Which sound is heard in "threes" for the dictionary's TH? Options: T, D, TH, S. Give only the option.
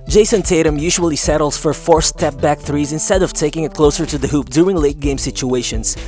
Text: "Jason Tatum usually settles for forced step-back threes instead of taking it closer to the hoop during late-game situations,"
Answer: TH